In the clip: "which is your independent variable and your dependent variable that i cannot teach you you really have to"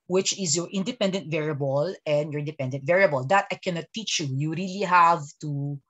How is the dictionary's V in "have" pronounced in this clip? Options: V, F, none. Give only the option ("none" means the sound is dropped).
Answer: V